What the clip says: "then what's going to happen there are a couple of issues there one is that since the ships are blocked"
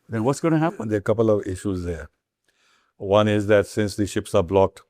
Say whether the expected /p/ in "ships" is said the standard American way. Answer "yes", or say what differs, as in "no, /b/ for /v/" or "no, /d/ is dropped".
yes